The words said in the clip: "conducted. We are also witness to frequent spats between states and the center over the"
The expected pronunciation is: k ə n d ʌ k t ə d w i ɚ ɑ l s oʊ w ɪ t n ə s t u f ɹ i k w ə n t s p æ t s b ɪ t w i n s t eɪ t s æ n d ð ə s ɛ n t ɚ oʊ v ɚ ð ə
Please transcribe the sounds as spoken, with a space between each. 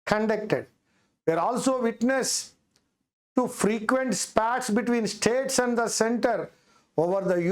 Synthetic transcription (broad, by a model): k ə n d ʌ k t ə d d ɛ ɚ ɑ l s oʊ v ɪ t n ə s t u f ɹ i k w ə n t s p æ t s b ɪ t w i n s t eɪ t s æ n d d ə s ɛ n t ɚ oʊ v ɚ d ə